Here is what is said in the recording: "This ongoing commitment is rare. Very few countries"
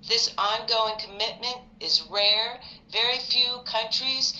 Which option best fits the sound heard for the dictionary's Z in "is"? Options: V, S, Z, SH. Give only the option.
Z